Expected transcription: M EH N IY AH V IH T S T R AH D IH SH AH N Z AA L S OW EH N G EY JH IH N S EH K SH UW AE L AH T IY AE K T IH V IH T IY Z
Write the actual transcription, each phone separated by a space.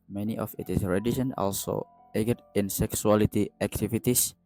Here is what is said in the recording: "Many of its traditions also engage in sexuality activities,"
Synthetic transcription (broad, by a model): M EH N IY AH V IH T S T R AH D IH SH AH N AA L S OW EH G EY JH IH N S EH K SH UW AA L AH T IY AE K T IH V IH T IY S